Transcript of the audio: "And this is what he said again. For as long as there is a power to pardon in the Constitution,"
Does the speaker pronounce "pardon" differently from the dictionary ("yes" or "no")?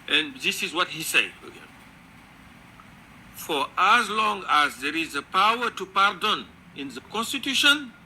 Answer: no